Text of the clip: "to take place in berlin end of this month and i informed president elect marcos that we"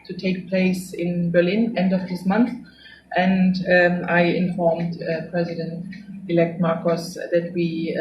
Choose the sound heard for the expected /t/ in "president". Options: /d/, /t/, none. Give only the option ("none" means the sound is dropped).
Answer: /t/